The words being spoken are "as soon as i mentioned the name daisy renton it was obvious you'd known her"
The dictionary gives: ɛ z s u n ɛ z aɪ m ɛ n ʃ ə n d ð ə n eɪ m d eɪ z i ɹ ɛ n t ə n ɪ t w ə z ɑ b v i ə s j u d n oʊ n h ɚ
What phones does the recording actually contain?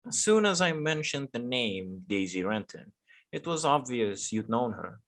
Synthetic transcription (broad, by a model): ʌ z s u n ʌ z aɪ m ɛ n ʃ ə n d ð ə n eɪ m d eɪ z i ɹ ɛ n t ə n ɪ t w ə z ɑ b v i ə s j u d n oʊ n h ɚ